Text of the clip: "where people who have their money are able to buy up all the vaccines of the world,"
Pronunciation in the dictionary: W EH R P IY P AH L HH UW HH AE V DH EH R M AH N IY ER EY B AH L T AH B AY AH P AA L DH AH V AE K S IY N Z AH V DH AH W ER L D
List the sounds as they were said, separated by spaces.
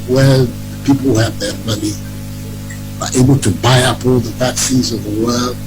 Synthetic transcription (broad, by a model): W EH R P IY P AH L HH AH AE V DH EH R M AH N IY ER EY B AH L T AH B AY AH P AA L DH AH P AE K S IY Z AH V DH AH W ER L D